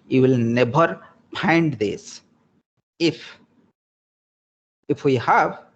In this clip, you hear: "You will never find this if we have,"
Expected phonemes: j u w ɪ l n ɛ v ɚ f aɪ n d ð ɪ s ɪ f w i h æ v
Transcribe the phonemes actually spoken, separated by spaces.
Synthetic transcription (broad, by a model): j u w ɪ l n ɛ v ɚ p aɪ n d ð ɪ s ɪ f w i h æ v